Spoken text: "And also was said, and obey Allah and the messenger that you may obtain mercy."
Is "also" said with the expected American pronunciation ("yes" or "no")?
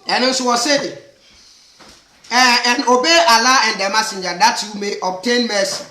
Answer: no